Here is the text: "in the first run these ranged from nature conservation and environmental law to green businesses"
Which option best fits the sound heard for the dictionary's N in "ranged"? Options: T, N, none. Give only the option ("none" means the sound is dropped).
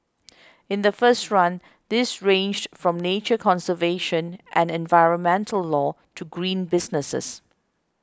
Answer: N